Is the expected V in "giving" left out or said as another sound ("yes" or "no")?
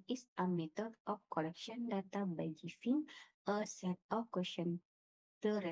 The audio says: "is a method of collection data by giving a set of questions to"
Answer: yes